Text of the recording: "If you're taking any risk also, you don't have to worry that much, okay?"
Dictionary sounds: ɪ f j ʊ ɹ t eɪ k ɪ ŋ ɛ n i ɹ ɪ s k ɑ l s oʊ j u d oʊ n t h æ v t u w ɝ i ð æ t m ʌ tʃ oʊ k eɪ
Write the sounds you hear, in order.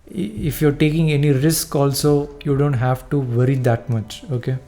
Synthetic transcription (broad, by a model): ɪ f j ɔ ɹ t eɪ k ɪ ŋ ɛ n i ɹ ɪ s k ɑ l s oʊ j u d oʊ n t h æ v t u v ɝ i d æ t m ʌ tʃ oʊ k eɪ